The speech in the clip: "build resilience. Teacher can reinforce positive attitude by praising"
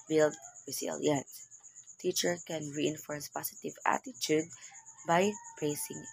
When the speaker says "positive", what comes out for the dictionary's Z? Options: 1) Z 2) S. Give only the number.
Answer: 2